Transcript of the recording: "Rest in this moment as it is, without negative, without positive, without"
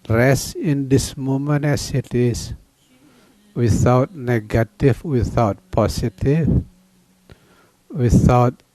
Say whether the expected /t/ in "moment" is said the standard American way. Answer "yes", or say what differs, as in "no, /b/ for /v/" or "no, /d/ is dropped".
no, /t/ is dropped